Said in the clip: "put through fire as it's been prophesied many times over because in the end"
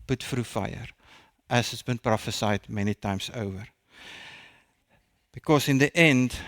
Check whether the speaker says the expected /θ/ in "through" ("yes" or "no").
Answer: no